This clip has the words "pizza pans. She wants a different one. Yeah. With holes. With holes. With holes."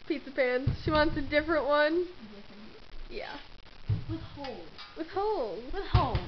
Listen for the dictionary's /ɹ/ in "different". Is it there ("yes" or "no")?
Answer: yes